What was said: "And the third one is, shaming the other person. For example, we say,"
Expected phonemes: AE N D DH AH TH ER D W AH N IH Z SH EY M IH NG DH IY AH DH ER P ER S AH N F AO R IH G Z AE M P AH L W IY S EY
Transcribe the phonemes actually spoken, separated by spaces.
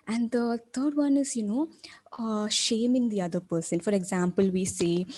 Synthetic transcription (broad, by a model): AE N D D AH T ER D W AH N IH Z SH EY M IH NG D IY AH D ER P ER S AH N F AO R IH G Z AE M P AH L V IY S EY